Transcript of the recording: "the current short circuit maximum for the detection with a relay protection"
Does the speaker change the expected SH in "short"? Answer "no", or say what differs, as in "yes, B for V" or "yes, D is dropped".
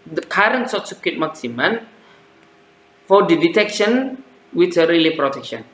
yes, S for SH